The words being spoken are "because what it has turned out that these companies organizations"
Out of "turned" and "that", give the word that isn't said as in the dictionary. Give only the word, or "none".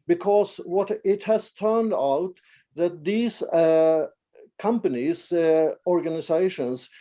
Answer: none